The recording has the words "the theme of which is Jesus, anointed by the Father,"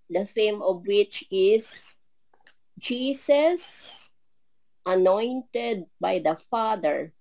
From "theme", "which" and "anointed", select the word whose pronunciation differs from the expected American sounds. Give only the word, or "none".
theme